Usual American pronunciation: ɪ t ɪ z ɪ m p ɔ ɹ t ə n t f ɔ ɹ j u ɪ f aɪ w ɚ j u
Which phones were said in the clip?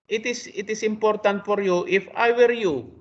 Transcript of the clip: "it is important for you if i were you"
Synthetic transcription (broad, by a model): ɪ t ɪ s ɪ m p ɔ ɹ t ə n t f ɔ ɹ j u ɪ f aɪ w ɚ j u